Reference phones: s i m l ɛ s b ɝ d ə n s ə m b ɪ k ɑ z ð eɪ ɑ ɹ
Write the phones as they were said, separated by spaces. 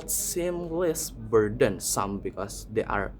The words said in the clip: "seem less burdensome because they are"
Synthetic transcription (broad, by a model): s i m l ɛ s b ɝ d ə n s ə m b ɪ k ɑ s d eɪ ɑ ɹ